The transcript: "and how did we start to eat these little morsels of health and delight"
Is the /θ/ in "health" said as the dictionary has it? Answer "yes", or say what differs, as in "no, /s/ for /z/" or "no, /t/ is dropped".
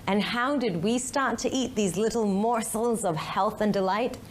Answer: yes